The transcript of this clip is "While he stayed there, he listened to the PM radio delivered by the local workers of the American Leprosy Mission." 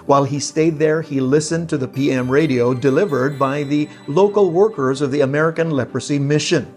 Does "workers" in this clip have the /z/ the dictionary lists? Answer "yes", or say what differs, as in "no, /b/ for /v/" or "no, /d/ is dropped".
yes